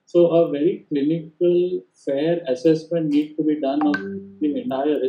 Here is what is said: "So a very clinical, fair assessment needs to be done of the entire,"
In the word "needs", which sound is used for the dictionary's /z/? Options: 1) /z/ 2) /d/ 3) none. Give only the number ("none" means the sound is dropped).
3